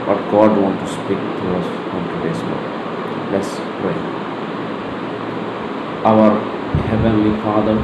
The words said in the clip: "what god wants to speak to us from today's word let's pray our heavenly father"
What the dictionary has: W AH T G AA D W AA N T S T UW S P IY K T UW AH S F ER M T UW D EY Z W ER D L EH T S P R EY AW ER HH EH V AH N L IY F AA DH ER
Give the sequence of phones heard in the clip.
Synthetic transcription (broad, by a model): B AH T G AA D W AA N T T UW S P IY K T UW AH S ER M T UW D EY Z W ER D L EH T S P R EY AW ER HH EH V AH N L IY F AA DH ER